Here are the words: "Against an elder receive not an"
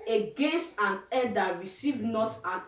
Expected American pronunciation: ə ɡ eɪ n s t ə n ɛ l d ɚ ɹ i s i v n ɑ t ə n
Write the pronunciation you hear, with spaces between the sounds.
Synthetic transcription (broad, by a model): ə ɡ eɪ n s t ə n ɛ d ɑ ɹ i s i v n ɑ t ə n